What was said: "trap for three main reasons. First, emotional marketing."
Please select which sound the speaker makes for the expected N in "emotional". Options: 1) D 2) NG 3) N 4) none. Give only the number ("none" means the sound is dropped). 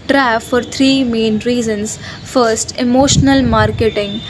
3